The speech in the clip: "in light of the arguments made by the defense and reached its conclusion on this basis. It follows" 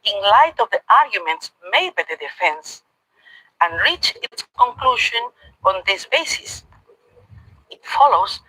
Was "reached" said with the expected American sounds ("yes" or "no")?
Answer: no